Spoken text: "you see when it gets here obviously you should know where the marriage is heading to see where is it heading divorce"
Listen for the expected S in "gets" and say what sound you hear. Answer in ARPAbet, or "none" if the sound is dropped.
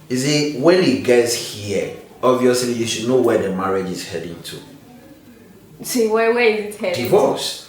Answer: S